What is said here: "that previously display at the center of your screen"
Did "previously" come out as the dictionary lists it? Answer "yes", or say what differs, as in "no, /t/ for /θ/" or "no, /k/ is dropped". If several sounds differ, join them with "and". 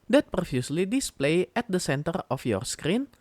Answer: no, /f/ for /v/